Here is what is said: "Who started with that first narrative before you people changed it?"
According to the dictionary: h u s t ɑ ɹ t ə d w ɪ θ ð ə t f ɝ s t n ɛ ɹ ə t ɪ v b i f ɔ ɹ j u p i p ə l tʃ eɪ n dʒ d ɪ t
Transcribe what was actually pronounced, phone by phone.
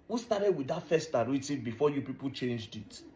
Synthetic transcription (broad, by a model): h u s t ɑ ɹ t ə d w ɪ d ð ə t f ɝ s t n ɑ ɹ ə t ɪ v b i f ɔ j u p i p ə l tʃ eɪ n dʒ d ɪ t